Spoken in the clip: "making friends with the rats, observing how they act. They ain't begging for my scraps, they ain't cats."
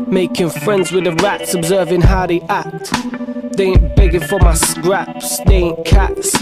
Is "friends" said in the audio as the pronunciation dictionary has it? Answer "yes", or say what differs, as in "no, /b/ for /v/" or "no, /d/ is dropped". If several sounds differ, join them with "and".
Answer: yes